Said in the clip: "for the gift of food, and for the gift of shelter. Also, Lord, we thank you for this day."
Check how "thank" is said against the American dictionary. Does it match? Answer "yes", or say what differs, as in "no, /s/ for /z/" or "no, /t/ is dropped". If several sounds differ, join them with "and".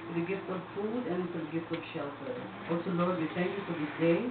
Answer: no, /t/ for /θ/